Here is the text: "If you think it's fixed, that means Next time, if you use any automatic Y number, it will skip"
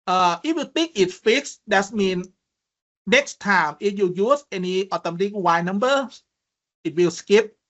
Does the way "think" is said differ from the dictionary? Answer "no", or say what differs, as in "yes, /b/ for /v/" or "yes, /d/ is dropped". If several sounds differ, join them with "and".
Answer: yes, /t/ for /θ/